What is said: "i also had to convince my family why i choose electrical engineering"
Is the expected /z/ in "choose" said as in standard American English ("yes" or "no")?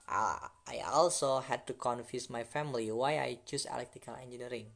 no